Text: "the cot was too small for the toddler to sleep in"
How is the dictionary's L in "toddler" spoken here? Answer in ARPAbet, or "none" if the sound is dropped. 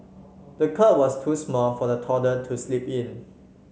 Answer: none